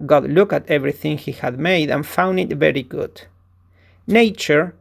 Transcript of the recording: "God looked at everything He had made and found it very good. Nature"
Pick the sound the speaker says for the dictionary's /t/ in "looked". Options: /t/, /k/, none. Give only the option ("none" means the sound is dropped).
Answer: none